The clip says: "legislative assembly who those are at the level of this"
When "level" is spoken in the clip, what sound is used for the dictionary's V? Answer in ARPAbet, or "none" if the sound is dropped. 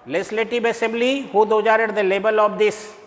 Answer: B